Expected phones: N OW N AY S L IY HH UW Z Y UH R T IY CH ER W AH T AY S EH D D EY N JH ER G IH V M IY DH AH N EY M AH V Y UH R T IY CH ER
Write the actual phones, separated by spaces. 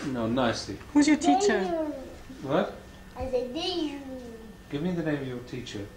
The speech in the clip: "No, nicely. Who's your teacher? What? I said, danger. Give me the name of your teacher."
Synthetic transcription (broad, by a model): N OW N AY S L IY HH UW Z Y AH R T IY CH ER W AH T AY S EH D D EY G IH V M IY DH AH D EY AH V Y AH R T IY CH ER